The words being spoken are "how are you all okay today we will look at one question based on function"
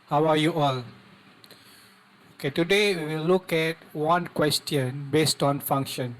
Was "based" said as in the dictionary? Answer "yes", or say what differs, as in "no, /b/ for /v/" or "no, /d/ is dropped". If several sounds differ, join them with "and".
yes